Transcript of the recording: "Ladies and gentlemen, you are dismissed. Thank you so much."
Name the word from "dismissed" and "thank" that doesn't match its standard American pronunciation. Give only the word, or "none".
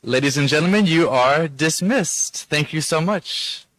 none